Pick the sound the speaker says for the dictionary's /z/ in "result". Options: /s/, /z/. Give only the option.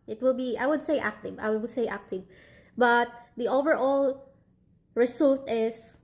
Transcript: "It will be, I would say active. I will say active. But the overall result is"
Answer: /s/